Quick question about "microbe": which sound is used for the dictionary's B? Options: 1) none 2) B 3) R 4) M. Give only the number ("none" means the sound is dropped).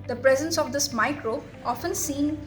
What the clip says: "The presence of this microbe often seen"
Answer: 1